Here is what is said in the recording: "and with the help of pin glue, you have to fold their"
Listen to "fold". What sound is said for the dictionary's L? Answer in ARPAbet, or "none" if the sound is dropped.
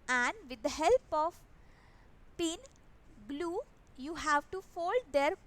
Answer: L